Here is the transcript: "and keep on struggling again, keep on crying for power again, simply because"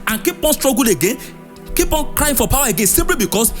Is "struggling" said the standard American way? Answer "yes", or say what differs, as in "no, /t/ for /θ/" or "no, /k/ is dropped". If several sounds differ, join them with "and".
no, /l/ is dropped